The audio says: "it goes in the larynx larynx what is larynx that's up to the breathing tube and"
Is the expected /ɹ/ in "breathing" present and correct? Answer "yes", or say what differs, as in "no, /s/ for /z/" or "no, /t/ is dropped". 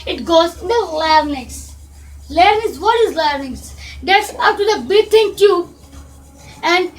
no, /ɹ/ is dropped